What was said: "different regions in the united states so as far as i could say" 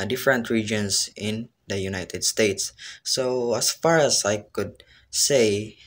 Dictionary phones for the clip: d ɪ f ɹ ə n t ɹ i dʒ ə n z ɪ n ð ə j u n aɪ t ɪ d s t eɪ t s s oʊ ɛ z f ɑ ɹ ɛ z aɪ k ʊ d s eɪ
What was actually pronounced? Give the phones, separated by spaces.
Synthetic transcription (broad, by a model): d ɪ f ɹ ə n t ɹ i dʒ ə n s ɪ n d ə j u n aɪ t ɪ d s t eɪ t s s oʊ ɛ s f ɑ ɹ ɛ s aɪ k ʊ d s eɪ